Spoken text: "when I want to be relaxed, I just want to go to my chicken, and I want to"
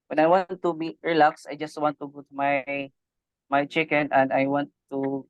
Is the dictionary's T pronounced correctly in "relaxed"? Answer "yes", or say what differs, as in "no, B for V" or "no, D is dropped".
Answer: no, T is dropped